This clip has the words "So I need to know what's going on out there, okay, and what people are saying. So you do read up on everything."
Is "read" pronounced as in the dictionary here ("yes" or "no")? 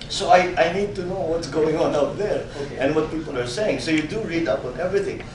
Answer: yes